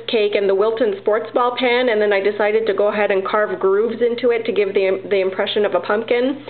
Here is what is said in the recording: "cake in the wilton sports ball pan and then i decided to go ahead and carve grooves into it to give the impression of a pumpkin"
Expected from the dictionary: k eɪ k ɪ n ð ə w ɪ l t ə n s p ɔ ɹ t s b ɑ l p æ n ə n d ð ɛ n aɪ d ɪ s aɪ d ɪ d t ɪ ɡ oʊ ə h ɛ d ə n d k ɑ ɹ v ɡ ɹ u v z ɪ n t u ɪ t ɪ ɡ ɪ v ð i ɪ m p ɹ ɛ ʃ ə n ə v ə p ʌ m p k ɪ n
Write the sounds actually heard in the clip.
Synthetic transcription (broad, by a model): k eɪ k ɪ n ð ə w ɪ l t ə n s p ɔ ɹ t s b ɑ l p æ n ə n ð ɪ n aɪ d ɪ s aɪ d ɪ d t ɪ ɡ oʊ ə h ɛ d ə n k ɑ ɹ v ɡ ɹ u v z ɪ n t u ɪ t ɪ ɡ ɪ v ð i ɪ m p ɹ ɛ ʃ ə n ə v ə p ʌ m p k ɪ n